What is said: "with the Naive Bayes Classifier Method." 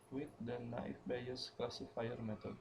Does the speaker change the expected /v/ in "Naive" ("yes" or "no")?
yes